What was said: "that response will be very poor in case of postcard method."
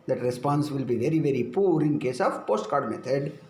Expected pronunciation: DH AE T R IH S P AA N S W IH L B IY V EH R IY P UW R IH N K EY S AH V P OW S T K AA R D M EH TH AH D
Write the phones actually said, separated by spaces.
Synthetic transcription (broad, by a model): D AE T R IH S P AA N S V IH L B IY V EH R IY P UW R IH N K EY S AH V P OW S T K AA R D M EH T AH D